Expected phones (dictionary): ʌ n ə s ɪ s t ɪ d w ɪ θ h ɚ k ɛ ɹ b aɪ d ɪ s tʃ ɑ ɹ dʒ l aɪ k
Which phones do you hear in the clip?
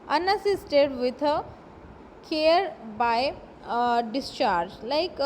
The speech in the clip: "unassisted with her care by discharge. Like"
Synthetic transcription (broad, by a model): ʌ n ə s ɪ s t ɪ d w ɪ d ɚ k ɛ ɹ b aɪ d ɪ s tʃ ɑ ɹ dʒ l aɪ k